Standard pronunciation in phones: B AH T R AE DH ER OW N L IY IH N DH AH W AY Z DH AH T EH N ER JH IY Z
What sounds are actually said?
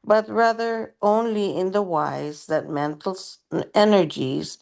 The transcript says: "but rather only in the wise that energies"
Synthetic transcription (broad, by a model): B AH T R AE DH ER OW N L IY IH N DH AH W AY Z DH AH T EH N ER JH IY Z